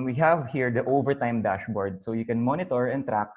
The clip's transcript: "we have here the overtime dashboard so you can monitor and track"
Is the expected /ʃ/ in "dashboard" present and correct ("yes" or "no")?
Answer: yes